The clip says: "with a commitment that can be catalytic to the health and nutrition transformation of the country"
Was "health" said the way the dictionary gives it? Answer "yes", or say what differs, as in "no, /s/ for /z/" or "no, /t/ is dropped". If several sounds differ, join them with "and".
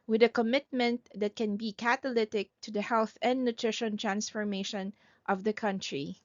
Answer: yes